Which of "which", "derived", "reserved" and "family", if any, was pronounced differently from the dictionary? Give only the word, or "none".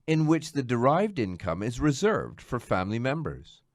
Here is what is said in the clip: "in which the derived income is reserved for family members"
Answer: none